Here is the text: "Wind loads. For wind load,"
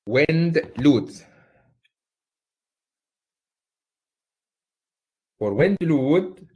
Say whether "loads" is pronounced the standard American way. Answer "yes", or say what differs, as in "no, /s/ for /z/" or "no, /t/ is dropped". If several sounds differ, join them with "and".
no, /z/ is dropped